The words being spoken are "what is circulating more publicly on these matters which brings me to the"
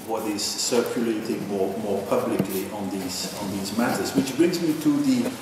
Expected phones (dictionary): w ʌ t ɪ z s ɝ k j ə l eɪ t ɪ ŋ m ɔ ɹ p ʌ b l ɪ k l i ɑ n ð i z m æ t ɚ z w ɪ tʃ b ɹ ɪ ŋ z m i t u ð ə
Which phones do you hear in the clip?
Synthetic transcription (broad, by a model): w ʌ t ɪ z s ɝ k j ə l eɪ t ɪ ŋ m ɔ ɹ p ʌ b l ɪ k l i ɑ n ð i z m æ t ɚ z w ɪ tʃ b ɹ ɪ ŋ z m i t u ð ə